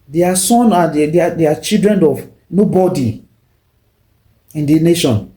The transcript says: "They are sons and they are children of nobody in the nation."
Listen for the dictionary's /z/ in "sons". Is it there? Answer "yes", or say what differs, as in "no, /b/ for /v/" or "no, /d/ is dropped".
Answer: no, /z/ is dropped